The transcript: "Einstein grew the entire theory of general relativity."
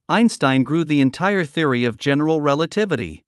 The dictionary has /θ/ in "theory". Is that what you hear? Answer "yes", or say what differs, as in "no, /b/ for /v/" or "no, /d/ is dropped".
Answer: yes